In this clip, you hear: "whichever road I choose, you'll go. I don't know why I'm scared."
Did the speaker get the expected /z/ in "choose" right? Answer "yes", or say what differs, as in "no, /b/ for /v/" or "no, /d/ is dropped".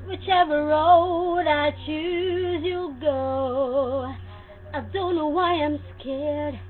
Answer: yes